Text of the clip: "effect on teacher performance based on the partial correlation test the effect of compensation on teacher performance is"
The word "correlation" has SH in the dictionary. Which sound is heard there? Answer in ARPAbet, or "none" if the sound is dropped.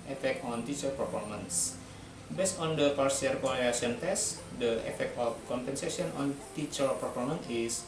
none